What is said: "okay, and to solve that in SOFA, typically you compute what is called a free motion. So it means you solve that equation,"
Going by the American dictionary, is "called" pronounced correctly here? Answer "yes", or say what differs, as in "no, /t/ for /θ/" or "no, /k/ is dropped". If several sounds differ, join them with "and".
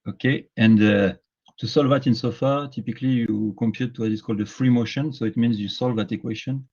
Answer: yes